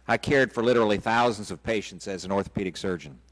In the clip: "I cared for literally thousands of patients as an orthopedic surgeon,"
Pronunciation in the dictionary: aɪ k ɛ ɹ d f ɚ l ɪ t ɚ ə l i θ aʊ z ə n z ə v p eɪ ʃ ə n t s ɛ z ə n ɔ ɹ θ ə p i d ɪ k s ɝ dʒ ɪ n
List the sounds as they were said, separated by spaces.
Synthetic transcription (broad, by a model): aɪ k ɛ ɹ d f ɚ l ɪ t ɚ l i θ aʊ z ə n z ə v p eɪ ʃ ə n t s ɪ z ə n ɔ ɹ θ ə p i d ɪ k s ɝ dʒ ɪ n